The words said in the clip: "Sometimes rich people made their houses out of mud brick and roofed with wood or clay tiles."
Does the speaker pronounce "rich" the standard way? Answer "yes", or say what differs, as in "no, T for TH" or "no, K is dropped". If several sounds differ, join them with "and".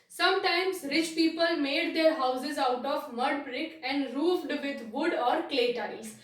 yes